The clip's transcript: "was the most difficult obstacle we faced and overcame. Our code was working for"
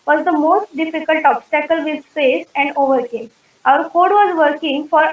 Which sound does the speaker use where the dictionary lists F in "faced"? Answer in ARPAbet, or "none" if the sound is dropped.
P